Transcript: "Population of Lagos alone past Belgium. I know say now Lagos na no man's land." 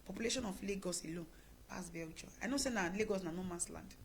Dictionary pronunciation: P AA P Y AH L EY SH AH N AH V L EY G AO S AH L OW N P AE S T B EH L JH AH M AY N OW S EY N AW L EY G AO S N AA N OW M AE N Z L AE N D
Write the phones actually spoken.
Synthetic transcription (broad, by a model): P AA P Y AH L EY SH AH N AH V L EY G AO S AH L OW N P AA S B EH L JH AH AY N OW S EY N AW L EY G AO S N AA N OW M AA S L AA N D